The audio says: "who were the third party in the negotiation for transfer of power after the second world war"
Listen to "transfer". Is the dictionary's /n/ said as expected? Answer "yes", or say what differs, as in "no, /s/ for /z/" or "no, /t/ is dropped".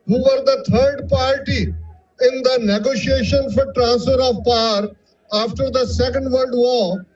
yes